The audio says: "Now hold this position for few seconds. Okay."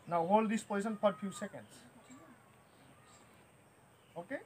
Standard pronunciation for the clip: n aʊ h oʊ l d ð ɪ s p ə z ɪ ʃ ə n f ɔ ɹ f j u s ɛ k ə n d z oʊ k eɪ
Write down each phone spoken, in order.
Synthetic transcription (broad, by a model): n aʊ h oʊ l d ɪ s p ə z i s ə n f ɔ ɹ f j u s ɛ k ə n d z oʊ k eɪ